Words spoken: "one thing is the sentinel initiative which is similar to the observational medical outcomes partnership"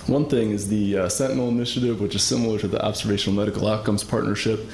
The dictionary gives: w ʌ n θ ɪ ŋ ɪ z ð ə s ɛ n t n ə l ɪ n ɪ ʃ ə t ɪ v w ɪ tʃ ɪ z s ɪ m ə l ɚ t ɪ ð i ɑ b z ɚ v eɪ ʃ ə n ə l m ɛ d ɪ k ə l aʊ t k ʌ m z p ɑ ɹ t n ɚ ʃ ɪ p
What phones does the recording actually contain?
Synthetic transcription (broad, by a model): w ʌ n θ ɪ ŋ ɪ z ð ə s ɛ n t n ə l ɪ n ɪ ʃ ə t ɪ v w ɪ tʃ ɪ z s ɪ m l ɚ t ɪ ð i ɑ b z ɚ v eɪ ʃ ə n l m ɛ d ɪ k l aʊ t k ʌ m z p ɑ ɹ t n ɚ ʃ ɪ p